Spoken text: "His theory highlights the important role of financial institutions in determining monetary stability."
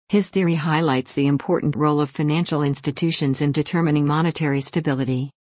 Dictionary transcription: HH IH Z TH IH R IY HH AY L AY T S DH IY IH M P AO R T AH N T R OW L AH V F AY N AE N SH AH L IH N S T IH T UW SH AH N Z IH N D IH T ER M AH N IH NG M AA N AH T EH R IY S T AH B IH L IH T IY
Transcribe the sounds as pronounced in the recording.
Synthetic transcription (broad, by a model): HH IH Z TH IH R IY HH AY L AY T S DH IY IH M P AO R T N T R OW L AH V F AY N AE N SH L IH N S T IH T UW SH AH N Z IH N D IH T ER M AH N IH NG M AA N AH T EH R IY S T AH B IH L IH T IY